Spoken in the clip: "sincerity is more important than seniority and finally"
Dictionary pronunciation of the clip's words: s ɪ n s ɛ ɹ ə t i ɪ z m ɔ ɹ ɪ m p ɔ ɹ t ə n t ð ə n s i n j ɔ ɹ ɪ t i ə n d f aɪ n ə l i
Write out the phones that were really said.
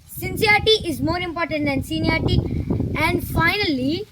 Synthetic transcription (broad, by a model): s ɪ n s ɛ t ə t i ɪ z m ɔ ɹ ɪ m p ɔ ɹ t ə n t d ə n s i n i ɪ t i ə n d f aɪ n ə l i